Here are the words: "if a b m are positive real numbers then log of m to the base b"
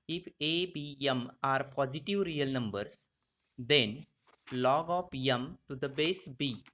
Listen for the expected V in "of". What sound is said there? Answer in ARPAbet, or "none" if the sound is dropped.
P